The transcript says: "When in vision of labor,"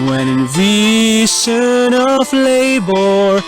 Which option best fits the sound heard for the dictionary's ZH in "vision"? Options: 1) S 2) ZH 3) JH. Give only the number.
1